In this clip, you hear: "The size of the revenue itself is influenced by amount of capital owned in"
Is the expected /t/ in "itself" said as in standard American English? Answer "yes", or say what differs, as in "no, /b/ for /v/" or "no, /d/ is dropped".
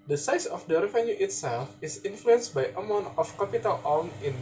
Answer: yes